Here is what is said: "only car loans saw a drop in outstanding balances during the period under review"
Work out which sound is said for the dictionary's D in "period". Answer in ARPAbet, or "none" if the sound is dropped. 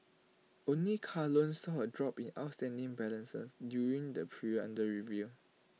none